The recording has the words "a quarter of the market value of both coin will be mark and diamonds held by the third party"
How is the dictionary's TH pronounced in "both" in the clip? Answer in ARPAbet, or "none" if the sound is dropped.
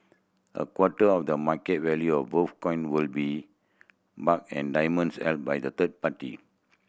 F